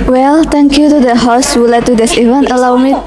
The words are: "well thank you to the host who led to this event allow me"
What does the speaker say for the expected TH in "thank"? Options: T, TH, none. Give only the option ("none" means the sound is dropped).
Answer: T